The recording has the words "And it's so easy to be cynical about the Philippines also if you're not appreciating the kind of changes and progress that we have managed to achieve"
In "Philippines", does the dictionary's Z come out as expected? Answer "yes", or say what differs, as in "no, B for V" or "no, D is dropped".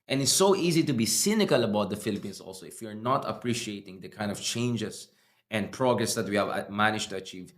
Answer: no, S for Z